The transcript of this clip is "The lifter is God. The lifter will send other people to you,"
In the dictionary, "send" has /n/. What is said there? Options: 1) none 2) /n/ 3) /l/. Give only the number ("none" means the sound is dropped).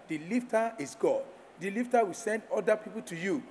2